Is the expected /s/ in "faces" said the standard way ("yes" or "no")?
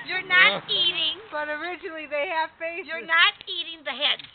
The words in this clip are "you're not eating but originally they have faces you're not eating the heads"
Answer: no